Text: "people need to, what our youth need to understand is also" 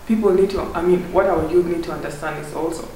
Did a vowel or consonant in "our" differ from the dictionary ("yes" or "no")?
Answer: yes